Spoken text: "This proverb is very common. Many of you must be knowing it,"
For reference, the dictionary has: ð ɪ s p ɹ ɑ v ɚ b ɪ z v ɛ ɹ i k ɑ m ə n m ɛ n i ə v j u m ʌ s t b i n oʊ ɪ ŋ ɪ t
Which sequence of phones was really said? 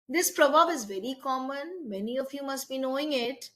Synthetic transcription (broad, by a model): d ɪ s p ɹ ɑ b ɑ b ɪ z v ɛ ɹ i k ɑ m ə n m ɛ n i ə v j u m ʌ s t b i n oʊ ɪ ŋ ɪ t